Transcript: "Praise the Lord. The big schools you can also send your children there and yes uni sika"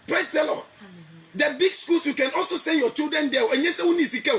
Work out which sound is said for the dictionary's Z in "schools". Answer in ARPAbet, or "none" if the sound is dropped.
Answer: S